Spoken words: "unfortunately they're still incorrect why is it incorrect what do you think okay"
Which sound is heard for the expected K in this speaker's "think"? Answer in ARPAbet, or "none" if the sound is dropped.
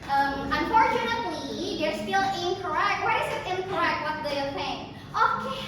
none